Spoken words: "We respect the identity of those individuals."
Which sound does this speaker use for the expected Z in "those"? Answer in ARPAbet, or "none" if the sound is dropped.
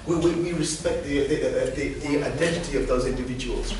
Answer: Z